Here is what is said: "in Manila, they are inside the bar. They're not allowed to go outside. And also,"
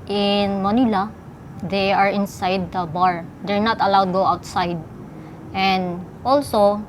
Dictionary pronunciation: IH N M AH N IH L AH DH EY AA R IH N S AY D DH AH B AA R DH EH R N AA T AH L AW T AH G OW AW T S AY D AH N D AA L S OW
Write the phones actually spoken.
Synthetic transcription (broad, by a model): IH N M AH N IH L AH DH EY AA R IH N S AY D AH B AA R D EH R N AA T AH L AW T G OW AW T S AY D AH N D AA L S OW